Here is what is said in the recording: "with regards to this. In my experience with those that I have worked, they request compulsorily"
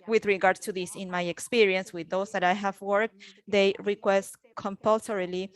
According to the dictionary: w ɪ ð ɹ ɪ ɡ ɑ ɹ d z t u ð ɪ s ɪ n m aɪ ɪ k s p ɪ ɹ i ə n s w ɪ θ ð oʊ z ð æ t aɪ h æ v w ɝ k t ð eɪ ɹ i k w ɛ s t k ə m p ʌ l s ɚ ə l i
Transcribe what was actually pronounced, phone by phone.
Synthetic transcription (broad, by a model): w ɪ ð ɹ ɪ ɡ ɑ ɹ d t u ð ɪ s ɪ n m aɪ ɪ k s p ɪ ɹ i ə n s w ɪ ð oʊ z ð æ t aɪ h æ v w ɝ k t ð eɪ ɹ i k w ɛ s t k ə m p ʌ l s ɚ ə l i